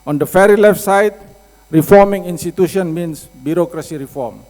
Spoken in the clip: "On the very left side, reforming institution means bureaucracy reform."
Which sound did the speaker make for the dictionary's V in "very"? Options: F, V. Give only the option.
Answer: F